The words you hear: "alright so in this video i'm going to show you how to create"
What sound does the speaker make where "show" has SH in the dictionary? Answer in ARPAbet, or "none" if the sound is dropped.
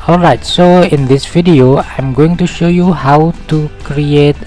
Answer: SH